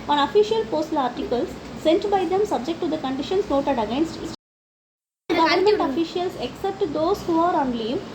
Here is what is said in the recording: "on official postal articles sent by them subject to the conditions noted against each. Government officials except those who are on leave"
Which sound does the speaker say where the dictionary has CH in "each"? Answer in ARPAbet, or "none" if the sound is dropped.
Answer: S